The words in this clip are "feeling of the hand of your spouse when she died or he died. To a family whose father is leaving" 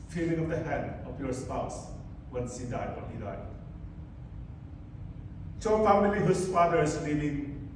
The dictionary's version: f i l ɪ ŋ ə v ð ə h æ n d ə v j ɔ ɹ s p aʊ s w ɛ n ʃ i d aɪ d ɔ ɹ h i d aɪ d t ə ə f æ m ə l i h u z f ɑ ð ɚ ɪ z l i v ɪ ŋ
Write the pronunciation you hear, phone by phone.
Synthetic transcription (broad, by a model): f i l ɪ ŋ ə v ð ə h æ n d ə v j ɔ ɹ s p aʊ s w ɛ n s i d aɪ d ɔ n h i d aɪ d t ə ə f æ m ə l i h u s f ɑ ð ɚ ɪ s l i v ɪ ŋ